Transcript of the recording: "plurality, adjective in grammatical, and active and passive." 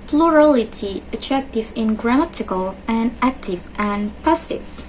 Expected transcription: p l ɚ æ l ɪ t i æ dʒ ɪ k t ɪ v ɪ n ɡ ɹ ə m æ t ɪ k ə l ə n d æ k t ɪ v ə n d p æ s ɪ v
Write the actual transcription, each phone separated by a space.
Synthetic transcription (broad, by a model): p l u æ l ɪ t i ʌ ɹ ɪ k t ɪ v ɪ n ɡ ɹ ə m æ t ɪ k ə l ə n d æ k t ɪ v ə n p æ s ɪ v